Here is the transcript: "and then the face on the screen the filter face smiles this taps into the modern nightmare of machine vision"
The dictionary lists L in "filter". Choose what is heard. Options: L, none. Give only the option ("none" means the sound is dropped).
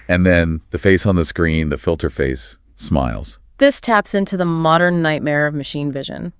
L